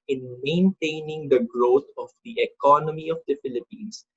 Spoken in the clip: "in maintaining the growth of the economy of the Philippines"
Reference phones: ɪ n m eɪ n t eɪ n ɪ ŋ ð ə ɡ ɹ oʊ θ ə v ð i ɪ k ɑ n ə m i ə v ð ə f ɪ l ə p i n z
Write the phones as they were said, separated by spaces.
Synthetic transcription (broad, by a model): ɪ n m eɪ n t eɪ n ɪ ŋ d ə ɡ ɹ oʊ t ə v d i ɪ k ɑ n ə m i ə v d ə f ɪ l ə p i n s